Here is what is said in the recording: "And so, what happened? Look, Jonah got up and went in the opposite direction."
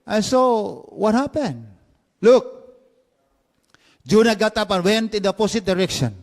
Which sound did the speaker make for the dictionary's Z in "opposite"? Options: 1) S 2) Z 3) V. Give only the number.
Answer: 1